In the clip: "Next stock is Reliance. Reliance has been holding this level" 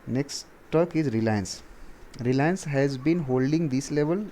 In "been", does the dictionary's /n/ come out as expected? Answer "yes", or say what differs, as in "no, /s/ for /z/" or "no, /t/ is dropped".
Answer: yes